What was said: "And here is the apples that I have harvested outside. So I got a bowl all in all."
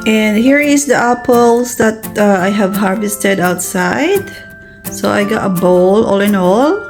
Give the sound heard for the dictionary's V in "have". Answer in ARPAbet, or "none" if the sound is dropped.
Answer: V